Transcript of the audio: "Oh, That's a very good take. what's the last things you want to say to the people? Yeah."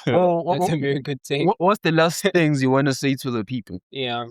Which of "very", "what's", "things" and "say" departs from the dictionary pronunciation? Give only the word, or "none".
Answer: none